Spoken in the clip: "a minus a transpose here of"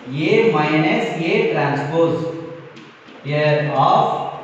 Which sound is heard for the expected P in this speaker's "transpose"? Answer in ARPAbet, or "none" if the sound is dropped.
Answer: P